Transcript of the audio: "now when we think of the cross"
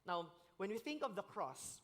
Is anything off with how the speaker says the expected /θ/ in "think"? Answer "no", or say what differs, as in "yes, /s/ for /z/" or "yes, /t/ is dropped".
no